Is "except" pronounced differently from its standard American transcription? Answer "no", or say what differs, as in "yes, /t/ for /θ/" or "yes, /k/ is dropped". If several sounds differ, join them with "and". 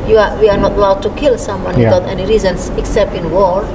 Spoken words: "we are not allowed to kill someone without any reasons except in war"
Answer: no